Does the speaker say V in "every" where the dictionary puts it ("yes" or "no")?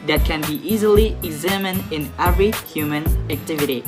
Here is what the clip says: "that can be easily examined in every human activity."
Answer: yes